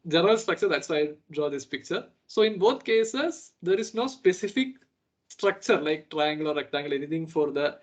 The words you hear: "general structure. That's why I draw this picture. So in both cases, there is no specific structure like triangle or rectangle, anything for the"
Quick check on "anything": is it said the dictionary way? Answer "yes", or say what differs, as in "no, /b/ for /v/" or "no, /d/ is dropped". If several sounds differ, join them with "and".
no, /t/ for /θ/